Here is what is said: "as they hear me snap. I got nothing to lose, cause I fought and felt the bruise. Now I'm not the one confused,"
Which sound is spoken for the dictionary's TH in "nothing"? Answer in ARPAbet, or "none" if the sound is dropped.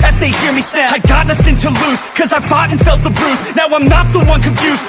TH